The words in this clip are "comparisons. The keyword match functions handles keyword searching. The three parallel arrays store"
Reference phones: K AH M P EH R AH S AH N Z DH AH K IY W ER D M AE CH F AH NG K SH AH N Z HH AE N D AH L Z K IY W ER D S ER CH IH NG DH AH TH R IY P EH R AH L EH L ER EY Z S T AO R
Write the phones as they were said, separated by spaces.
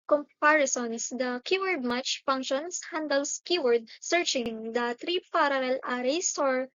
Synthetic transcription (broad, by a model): K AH M P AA R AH S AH N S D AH K IY W ER D M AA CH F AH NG K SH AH N S HH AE N D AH L S K IY W ER D S ER CH IH NG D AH T R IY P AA R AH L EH L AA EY S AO R